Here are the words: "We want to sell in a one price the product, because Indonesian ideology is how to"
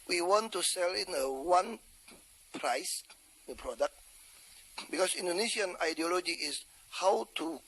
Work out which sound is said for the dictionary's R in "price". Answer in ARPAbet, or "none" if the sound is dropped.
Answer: R